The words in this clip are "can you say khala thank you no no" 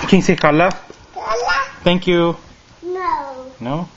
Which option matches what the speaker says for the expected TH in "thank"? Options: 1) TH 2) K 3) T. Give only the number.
3